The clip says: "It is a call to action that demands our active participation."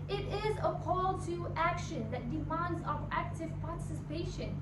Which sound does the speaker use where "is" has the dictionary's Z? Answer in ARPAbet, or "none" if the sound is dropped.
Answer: Z